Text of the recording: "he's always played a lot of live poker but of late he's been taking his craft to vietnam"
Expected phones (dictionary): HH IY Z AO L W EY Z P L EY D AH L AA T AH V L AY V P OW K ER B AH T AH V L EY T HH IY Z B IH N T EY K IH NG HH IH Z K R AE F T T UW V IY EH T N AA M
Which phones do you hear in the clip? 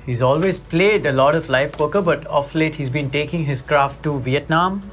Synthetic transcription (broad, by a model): HH IY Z AO L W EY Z P L EY D AH L AA T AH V L AY F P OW K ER B AH T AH F L EY T HH IY Z B IH N T EY K IH NG HH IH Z K R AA F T T UW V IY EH T N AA M